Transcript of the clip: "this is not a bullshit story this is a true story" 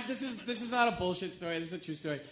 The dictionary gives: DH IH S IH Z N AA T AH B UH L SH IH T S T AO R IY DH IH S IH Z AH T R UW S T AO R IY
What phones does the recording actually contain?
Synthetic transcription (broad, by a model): DH IH S IH Z N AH T AH B UH L SH IH T S T AO R IY DH IH S IH Z AH T R UW S T AO R IY